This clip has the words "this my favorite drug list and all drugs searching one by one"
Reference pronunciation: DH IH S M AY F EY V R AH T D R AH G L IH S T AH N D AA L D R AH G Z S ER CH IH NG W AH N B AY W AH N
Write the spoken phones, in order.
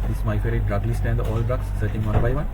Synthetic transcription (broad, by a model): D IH S M AY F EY R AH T D R AH G L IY S T AH N D AA L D R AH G S ER CH IH NG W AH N B AY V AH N